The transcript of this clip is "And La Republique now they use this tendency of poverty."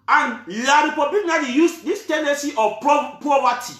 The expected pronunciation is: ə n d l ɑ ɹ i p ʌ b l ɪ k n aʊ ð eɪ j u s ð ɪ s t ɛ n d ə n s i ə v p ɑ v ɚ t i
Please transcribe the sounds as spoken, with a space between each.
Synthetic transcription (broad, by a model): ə n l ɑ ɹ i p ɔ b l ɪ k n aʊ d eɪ j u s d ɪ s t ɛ n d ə n s i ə p p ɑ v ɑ t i